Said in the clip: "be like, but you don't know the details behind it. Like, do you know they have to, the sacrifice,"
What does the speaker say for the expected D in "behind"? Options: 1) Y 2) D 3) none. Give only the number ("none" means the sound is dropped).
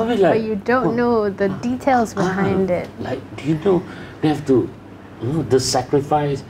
2